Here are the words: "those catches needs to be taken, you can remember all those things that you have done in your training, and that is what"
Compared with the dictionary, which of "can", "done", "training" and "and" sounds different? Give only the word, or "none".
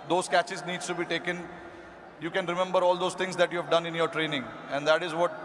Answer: none